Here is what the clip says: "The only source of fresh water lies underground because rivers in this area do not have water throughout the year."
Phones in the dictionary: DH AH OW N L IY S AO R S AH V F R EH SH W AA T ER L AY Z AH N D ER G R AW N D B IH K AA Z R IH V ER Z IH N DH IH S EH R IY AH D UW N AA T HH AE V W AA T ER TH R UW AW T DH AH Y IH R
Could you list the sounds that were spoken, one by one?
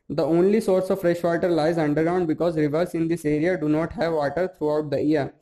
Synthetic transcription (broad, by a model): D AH OW N L IY S AO R S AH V F R EH SH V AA T ER L AY Z AH N D ER G R AW N D B IH K AA Z R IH V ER S IH N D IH S EH R IY AH D UW N AA T HH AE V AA T ER T R UW AW T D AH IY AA